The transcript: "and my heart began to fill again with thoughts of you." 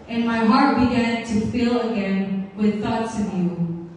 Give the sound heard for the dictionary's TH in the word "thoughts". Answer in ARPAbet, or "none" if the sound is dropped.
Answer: TH